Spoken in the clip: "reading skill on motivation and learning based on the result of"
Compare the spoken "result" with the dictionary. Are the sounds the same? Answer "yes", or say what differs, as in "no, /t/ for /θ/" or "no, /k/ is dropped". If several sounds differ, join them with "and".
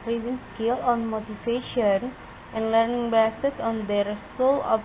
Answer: no, /t/ is dropped